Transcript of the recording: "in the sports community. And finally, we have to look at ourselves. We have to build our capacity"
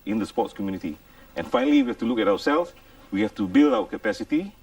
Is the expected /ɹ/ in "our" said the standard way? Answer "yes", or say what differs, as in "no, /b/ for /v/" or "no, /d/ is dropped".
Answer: no, /w/ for /ɹ/